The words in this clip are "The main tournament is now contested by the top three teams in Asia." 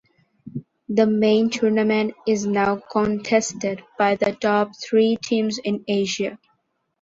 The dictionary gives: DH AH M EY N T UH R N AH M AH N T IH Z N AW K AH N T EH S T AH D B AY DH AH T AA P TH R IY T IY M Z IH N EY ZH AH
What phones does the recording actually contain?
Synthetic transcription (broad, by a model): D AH M EY N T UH R N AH M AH N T IH Z N AW K AH N T EH S T AH D B AY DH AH T AA P T R IY T IY M Z IH N EY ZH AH